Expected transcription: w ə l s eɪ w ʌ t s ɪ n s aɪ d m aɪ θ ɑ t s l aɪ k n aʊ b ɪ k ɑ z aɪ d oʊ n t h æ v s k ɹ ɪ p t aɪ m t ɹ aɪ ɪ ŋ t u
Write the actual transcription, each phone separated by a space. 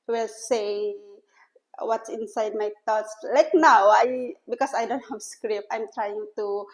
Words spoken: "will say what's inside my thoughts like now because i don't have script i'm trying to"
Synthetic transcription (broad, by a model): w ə l s eɪ w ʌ t s ɪ n s aɪ d m aɪ t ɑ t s l aɪ k n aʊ b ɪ k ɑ s aɪ d oʊ n t h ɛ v s k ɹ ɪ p aɪ m t ɹ aɪ ɪ ŋ t u